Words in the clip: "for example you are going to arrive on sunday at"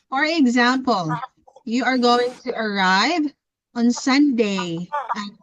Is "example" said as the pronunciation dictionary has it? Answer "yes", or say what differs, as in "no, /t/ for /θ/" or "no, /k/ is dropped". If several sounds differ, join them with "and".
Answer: yes